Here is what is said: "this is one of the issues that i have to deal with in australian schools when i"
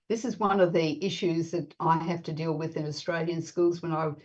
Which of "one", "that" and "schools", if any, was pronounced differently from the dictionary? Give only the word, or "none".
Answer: none